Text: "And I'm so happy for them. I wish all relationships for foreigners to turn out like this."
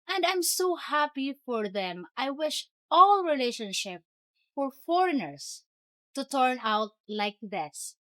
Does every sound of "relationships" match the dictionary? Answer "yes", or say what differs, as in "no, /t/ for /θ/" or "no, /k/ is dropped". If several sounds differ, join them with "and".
no, /s/ is dropped